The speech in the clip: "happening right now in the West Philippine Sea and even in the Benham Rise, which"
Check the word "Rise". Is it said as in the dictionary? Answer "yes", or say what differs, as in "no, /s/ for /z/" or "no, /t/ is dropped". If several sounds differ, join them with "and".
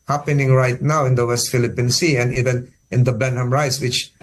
no, /s/ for /z/